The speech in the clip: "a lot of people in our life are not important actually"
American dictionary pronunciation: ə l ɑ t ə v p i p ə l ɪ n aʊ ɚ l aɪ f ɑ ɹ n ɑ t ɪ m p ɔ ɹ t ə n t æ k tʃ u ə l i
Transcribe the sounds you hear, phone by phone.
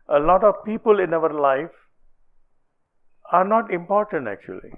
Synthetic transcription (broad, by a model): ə l ɑ t ə v p i p ə l ɪ n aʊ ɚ l aɪ f ɑ ɹ n ɑ t ɪ m p ɔ ɹ t ə n t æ k tʃ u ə l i